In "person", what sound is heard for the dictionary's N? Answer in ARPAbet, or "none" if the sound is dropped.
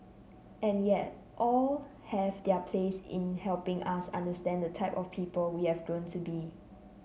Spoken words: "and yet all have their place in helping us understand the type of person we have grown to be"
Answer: L